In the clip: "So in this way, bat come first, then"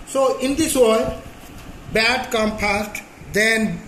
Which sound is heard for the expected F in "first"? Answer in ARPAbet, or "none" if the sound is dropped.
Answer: P